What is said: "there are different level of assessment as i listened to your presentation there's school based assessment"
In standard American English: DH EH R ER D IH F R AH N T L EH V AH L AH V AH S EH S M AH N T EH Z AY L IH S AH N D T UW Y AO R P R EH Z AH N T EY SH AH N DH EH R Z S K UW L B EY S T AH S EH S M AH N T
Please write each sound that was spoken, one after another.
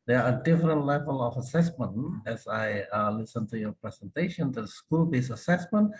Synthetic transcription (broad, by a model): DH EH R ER D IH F R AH N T L EH V AH L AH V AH S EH S M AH N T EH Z AY L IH S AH N T UW Y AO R P R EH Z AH N T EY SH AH N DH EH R S K UW L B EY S AH S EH S M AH N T